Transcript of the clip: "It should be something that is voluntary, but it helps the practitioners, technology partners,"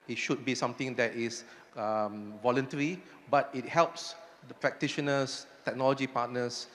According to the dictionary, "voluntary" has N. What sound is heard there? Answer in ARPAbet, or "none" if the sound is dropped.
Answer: N